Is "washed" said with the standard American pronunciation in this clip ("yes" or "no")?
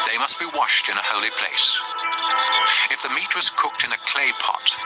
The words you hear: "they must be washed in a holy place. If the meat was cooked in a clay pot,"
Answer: yes